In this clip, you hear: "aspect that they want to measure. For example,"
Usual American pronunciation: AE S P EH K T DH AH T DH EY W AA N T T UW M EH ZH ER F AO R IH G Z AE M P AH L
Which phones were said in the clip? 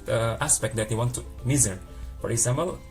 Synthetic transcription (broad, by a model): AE S P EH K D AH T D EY W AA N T T UW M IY Z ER F AO R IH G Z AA M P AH L